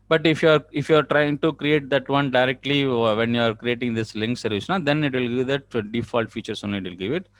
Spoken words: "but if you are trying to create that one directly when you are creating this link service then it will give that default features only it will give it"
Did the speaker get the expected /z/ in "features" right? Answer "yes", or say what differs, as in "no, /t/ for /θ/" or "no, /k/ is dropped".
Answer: no, /s/ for /z/